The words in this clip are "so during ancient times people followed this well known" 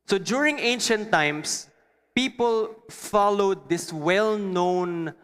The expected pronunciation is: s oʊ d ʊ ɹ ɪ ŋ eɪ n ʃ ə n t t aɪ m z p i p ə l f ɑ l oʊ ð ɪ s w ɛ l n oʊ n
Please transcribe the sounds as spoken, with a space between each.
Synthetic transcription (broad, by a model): s oʊ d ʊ ɹ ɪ ŋ eɪ n ʃ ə n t t aɪ m s p i p ə l f ɑ l oʊ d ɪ s w ɛ l n oʊ n